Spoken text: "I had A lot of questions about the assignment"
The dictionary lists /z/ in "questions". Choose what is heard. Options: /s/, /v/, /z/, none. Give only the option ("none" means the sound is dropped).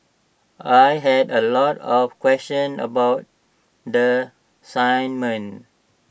none